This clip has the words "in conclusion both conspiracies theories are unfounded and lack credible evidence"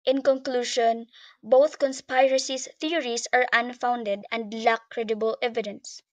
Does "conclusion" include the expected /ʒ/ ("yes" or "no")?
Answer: no